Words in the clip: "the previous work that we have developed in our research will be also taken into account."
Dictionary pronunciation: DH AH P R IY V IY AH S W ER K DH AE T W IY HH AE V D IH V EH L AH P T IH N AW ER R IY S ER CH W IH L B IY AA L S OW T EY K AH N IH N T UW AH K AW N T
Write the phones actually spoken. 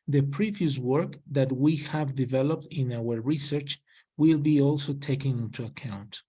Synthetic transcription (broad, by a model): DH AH P R IY V IY AH S W ER K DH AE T W IY HH AE V D IH V EH L AH P T IH N AW ER R IY S ER CH W IH L B IY AA L S OW T EY K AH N IH N T UW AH K AW N T